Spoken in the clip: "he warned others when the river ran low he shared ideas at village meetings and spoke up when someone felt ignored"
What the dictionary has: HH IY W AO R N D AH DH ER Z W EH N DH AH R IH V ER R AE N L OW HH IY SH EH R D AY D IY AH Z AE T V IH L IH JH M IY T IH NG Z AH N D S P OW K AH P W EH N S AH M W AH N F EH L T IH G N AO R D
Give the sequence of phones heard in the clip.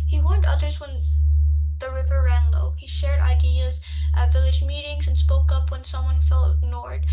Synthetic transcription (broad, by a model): HH IY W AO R N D AH DH ER Z W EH N DH AH R IH V ER R AE N L OW HH IY SH EH R D AY D IY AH Z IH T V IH L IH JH M IY T IH NG Z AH N S P OW K AH P W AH N S AH M W AH N F EH L T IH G N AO R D